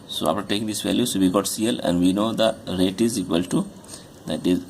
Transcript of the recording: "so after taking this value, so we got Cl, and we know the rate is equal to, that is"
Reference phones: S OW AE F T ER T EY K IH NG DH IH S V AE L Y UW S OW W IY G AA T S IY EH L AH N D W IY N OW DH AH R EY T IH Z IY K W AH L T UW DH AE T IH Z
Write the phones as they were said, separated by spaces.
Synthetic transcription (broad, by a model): S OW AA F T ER T EY K IH NG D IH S V AE L Y UW S OW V IY G AA T S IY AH L AH N D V IY N OW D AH R EY T IH Z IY K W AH L T UW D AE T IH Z